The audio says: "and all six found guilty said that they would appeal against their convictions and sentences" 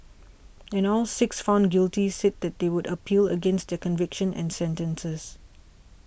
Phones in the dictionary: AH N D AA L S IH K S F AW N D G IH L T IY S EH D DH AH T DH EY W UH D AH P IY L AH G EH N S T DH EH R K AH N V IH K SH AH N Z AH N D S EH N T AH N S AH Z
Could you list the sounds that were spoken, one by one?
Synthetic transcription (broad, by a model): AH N AA L S IH K S F AW N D G IH L T IY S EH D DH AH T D EY W UH D AH P IY L AH G EH N S T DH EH K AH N V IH K SH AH N AH N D S EH N T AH N S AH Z